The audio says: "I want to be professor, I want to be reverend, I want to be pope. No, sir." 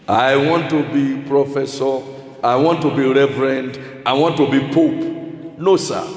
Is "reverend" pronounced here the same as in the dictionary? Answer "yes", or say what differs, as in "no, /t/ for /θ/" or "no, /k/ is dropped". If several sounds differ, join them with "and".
yes